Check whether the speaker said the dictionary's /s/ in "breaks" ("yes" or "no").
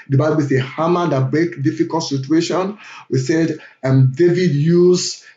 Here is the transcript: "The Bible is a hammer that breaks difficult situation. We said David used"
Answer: no